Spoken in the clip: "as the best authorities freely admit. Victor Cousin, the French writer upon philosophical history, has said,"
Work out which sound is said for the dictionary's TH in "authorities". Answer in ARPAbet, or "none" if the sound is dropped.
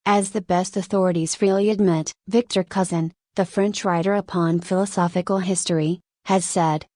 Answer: TH